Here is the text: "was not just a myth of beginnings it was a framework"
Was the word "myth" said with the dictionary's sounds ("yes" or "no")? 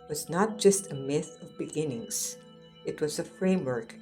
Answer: yes